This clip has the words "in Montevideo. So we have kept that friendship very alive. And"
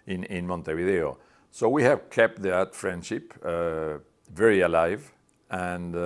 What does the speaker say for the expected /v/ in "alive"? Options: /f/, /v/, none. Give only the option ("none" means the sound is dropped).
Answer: /v/